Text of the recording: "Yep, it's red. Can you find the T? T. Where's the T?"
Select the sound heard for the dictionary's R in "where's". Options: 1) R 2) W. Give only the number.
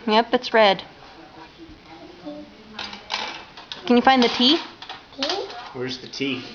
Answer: 1